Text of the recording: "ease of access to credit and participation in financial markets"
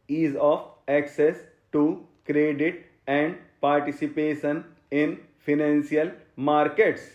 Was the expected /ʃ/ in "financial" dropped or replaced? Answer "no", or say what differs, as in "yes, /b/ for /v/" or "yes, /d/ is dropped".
yes, /s/ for /ʃ/